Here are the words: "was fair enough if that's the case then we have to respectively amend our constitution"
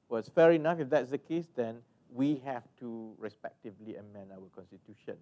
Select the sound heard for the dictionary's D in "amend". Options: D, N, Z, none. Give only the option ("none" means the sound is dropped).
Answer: none